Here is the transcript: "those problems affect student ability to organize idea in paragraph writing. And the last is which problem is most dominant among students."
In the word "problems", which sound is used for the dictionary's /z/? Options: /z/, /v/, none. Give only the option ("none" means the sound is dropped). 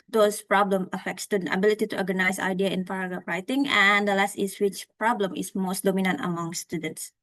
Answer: none